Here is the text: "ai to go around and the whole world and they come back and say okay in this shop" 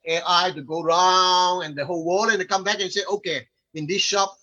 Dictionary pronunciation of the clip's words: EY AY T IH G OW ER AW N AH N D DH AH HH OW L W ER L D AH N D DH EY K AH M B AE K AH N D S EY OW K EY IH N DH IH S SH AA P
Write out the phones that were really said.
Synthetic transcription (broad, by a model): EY AY T IH G OW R AW N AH N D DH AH HH OW L W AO D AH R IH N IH K AH M B AE K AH N S EY OW K EY IH N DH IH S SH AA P